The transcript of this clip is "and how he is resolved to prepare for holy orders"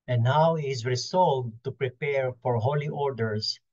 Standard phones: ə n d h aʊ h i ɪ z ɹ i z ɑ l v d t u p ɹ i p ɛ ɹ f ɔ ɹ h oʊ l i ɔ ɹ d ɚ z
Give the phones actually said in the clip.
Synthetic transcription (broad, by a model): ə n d aʊ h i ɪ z ɹ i s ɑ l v t u p ɹ i p ɛ ɹ f ɔ ɹ h oʊ l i ɔ ɹ d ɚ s